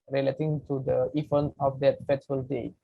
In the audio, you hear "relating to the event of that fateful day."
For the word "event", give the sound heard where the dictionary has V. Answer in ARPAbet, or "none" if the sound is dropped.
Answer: F